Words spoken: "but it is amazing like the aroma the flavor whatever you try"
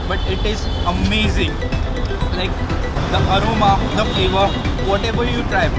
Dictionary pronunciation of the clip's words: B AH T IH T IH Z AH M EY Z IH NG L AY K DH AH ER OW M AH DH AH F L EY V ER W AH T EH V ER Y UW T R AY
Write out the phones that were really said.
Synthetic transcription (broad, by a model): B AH T IH T IH Z AH M EY Z IH NG L AY K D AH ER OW M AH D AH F EY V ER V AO T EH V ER Y UW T R AY